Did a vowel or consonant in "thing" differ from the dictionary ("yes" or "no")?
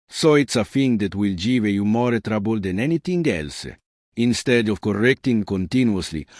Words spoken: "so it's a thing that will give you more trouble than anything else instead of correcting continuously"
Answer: yes